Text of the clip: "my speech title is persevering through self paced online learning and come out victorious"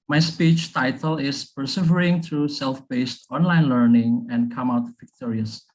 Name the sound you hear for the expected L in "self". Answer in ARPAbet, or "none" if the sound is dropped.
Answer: L